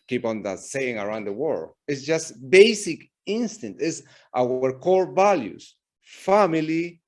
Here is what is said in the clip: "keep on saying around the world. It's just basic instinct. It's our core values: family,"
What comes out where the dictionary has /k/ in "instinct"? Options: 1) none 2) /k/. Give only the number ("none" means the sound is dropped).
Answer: 1